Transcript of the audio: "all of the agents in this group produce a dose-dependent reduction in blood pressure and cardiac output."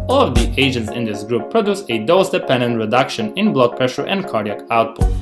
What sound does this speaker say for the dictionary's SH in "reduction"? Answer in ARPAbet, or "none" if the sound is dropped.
SH